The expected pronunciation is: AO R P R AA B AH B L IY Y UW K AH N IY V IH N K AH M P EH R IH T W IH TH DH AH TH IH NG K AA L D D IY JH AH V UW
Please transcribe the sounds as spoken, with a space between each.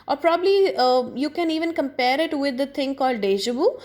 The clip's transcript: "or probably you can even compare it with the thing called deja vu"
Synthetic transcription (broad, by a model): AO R P R AA B AH B L IY Y UW K AH N IY V IH N K AH M P EH R IH T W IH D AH T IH NG K AA L D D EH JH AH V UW